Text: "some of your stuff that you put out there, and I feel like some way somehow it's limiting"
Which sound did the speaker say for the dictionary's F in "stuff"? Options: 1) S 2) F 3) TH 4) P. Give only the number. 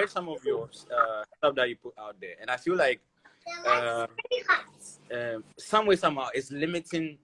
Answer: 4